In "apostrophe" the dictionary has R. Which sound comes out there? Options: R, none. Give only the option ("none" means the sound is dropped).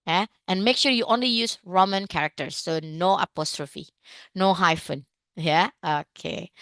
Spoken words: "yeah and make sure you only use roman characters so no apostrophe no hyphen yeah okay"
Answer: R